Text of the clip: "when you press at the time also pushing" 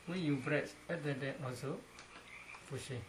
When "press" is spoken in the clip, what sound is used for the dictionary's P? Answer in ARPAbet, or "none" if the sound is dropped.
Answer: B